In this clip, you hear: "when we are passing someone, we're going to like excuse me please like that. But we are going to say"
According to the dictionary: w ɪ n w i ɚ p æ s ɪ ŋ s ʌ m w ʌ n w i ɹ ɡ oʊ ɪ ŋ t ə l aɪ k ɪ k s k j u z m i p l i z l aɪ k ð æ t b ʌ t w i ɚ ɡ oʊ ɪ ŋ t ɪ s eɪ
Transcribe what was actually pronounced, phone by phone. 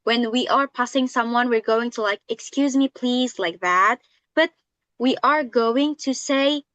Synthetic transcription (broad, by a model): w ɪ n w i ɚ p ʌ s ɪ ŋ s ʌ m w ʌ n w i ɹ ɡ oʊ ɪ ŋ t ə l aɪ k ɪ k s k j u z m i p l i z l aɪ k ð æ t b ʌ t w i ɚ ɡ oʊ ɪ ŋ t ɪ s eɪ